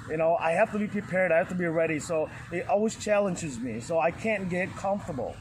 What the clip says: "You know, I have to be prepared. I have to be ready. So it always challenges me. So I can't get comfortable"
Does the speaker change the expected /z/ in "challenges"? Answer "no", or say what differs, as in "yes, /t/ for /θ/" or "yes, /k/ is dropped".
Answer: no